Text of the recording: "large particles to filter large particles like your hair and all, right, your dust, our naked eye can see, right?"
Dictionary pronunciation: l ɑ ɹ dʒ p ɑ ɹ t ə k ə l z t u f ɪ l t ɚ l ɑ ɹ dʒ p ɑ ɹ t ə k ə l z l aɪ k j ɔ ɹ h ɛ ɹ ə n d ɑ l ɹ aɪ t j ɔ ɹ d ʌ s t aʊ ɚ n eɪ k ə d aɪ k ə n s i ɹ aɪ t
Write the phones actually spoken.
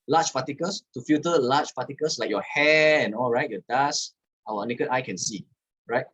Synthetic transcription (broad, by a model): l ɑ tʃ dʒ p ɑ t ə k ə l s t u f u t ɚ l ɑ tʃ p ɑ t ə k ə l s l aɪ k j ɔ h ɛ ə n ɑ l ɹ aɪ t j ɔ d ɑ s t aʊ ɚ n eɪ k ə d aɪ k ə n s i ɹ aɪ t